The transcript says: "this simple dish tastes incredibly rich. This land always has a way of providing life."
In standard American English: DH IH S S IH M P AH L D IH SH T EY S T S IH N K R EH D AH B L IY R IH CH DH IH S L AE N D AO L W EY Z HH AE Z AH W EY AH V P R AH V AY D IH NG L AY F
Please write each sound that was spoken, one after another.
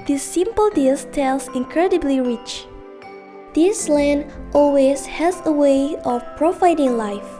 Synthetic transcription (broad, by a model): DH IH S S IH M P AH L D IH S T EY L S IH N K R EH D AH B L IY R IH CH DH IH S L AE N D AO L W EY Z HH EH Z AH W EY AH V P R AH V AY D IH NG L AY F